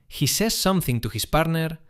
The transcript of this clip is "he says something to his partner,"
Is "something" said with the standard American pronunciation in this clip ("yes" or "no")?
yes